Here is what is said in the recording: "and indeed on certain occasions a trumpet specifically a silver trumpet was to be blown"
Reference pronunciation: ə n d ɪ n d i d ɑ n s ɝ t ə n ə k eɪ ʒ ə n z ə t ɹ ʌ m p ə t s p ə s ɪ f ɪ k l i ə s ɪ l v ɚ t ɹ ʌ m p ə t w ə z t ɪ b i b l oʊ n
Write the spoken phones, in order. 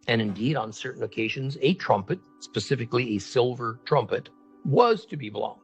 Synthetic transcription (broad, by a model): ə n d ɪ n d i d n s ɝ t n ə k eɪ ʒ ə n z ə t ɹ ʌ m p ə t s p ə s ɪ f ɪ k l i ə s ɪ l v ɚ t ɹ ʌ m p ə t w ə z t ɪ b i b l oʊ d